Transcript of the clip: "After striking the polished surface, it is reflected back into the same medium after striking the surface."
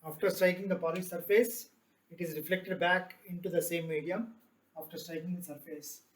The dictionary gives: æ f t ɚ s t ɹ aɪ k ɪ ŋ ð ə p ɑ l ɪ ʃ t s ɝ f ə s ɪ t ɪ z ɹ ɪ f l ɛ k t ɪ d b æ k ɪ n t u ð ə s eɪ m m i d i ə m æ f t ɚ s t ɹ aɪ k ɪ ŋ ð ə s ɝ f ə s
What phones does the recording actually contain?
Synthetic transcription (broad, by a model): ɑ f t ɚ s t ɹ aɪ k ɪ ŋ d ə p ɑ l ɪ s t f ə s ɪ t ɪ z ɹ ɪ f l ɛ k t ɪ d b æ k ɪ n t u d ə s eɪ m m i d i ə m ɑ f t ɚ s t ɹ aɪ k ɪ ŋ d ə s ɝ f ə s